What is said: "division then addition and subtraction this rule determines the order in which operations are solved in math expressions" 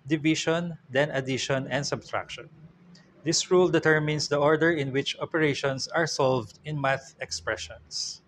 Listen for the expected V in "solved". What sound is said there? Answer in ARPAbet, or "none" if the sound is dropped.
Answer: V